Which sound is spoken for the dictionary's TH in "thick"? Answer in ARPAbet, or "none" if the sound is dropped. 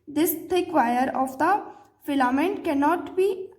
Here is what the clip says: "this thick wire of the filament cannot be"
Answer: T